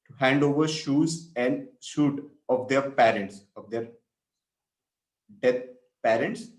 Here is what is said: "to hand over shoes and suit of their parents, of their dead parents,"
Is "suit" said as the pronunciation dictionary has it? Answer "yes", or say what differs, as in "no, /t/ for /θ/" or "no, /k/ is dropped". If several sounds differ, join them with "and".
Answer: no, /ʃ/ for /s/